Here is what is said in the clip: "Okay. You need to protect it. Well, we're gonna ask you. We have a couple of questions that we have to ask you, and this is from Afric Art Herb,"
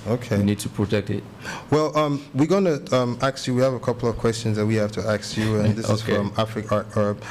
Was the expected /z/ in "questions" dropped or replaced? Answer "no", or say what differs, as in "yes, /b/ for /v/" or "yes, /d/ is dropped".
no